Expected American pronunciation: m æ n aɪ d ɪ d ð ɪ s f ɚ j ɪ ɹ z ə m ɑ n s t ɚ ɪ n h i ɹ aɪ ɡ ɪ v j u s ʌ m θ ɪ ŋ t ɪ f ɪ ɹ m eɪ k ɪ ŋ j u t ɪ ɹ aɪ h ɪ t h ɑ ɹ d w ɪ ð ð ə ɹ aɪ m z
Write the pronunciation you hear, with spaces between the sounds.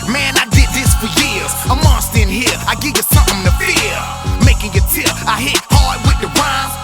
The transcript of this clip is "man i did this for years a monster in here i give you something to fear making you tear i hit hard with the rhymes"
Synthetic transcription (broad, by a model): m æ n aɪ d ɪ d ð ɪ s f ɚ j ɪ ɹ z ə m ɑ s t ɪ n h i ɹ aɪ ɡ ɪ v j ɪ s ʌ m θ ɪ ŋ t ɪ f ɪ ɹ m eɪ k ɪ ŋ j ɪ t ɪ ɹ aɪ h ɪ t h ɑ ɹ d w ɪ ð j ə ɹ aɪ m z